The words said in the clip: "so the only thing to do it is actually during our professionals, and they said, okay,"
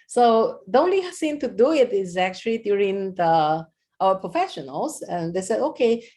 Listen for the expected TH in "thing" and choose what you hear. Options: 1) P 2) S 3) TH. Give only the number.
2